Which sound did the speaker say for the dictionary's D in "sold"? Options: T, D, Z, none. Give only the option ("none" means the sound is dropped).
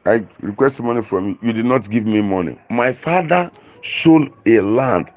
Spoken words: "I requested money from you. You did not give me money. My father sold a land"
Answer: none